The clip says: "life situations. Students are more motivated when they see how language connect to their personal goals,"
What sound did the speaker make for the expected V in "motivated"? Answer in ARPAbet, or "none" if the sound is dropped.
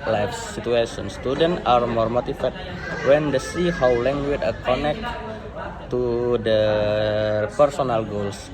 F